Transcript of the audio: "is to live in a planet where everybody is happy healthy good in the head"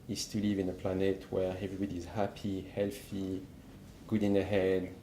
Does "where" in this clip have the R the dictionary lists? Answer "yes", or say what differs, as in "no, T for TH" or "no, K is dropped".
yes